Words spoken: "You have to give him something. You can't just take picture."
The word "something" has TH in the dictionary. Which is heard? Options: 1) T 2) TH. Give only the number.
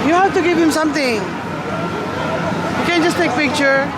1